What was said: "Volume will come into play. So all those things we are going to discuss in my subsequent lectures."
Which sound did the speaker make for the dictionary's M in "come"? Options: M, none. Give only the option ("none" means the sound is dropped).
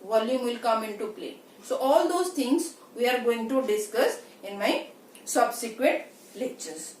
M